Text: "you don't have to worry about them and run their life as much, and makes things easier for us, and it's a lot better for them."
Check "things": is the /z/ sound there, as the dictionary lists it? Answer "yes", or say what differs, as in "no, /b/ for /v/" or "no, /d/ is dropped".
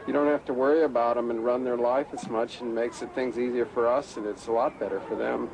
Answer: yes